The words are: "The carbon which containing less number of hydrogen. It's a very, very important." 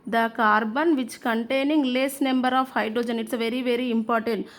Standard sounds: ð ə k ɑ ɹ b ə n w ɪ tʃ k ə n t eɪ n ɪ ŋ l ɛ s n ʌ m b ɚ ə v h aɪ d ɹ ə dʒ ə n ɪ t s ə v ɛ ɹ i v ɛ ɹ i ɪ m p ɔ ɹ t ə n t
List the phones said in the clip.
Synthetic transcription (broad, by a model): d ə k ɑ ɹ b ə n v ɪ tʃ k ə n t eɪ n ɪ ŋ l ɛ s n ʌ m b ɚ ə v h aɪ d ɹ ə dʒ ə n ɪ t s v ɛ ɹ i v ɛ ɹ i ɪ m p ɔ ɹ t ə n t